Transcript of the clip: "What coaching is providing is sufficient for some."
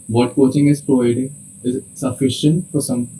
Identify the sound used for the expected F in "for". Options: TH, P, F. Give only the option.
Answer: P